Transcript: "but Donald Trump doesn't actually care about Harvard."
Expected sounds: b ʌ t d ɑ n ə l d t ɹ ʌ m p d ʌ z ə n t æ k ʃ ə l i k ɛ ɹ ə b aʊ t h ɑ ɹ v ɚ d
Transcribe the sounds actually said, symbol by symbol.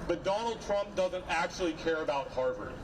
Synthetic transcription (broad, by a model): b ʌ t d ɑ n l d t ɹ ʌ m p d ʌ z ə n t æ k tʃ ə l i k ɛ ɹ ə b aʊ t h ɑ ɹ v ɚ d